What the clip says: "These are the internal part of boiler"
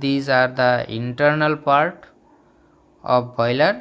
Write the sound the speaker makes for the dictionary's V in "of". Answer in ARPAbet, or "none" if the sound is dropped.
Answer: P